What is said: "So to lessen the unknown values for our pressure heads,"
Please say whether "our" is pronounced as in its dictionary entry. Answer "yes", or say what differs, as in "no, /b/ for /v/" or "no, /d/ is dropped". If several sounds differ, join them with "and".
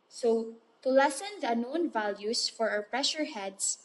no, /w/ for /ɹ/